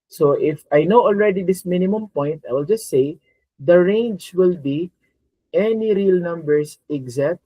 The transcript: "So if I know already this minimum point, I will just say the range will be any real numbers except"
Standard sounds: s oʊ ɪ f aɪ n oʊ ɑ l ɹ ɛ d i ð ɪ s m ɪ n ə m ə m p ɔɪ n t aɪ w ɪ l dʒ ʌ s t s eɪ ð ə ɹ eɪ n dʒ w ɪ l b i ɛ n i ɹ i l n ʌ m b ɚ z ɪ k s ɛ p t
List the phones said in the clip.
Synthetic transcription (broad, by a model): s oʊ ɪ f aɪ n oʊ ɑ l ɹ ɛ d i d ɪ s m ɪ n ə m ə m p ɔɪ n t aɪ w ɪ l dʒ ʌ s t s eɪ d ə ɹ eɪ n dʒ w ɪ l b i ɛ n i ɹ i l n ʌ m b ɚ s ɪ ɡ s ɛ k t